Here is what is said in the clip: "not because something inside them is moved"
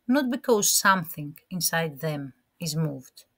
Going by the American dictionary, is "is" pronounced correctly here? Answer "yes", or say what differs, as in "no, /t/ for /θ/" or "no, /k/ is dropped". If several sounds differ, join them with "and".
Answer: yes